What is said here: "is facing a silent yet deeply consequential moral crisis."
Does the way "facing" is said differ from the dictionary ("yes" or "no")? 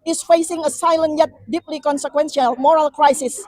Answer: no